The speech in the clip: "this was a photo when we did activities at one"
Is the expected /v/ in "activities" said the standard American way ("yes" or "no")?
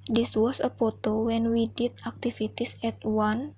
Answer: no